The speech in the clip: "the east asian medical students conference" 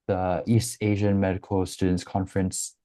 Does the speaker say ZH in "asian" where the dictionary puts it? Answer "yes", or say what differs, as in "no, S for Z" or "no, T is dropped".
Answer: yes